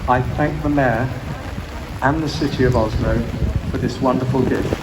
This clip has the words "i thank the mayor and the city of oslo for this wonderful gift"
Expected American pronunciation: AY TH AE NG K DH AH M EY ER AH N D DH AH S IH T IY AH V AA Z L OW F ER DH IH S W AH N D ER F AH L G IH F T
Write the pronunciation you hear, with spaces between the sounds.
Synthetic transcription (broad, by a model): AY TH AE NG K DH AH M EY ER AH N DH AH S IH T IY AH V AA Z N OW F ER DH IH S W AH N D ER F AH L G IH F